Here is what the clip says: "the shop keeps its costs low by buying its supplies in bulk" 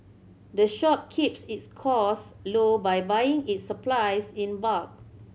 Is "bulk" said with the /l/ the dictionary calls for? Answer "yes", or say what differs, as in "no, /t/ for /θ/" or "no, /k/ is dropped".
no, /l/ is dropped